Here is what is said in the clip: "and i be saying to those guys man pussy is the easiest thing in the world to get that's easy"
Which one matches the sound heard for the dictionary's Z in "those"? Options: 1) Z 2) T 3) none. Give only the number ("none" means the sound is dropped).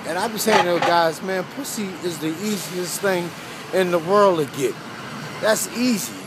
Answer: 3